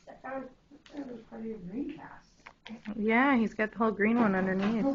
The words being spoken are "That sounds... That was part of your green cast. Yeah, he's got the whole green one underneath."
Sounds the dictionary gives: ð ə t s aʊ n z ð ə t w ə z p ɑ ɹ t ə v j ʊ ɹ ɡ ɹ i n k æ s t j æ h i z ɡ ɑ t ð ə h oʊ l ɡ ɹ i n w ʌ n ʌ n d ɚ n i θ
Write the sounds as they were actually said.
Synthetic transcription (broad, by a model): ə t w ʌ z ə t w ə z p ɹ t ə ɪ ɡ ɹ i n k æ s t j æ h i z ɡ ɑ t ð ə h oʊ l ɡ ɹ i n w ʌ n ʌ n d ɚ n i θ